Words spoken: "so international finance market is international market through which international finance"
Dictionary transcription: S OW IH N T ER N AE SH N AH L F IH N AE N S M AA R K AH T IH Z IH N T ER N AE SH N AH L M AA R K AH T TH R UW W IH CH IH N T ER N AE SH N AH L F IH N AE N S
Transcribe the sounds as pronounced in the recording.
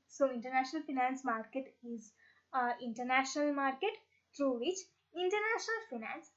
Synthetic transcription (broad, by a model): S OW IH N T ER N AE SH N AH L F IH N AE N S M AA R K AH T IH Z IH N T ER N AE SH N AH L M AA R K AH T T R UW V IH CH IH N T ER N AE SH N AH L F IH N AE N S